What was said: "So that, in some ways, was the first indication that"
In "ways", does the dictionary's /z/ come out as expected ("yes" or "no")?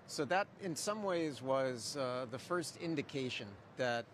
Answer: yes